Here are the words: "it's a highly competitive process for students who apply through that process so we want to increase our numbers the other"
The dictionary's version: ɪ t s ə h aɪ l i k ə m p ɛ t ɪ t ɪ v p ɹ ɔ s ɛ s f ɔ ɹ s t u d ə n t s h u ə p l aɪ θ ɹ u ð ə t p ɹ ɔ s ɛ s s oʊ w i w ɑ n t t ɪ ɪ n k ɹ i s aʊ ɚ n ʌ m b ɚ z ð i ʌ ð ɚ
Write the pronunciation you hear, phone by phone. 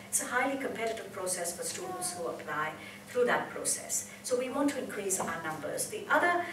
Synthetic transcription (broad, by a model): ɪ t s ə h aɪ l i k ə m p ɛ t ɪ t ɪ v p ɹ ɔ s ɛ s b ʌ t s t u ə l s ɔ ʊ ə p l aɪ θ ɹ u ð ə t p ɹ ɔ s ɛ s s oʊ w i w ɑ n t t ɪ ɪ n k ɹ i s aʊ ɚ n ʌ m b ɚ z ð i ʌ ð ɚ